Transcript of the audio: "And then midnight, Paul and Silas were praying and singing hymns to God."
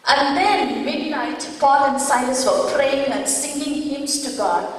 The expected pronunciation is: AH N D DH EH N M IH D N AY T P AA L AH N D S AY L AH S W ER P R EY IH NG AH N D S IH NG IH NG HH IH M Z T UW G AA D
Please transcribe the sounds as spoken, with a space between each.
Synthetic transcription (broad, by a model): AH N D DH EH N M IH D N AY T F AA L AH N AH S AY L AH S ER P R EY IH NG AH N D S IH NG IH NG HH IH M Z T UW G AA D